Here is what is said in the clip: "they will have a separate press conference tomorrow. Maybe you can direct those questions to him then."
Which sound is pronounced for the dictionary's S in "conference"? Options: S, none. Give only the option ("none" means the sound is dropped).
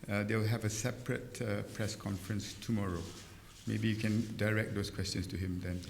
S